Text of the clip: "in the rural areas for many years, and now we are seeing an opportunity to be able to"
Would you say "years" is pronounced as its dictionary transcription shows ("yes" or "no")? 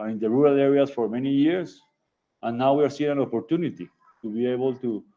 no